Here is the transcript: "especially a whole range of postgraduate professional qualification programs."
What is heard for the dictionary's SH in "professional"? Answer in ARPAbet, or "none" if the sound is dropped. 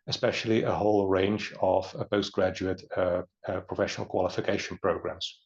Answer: SH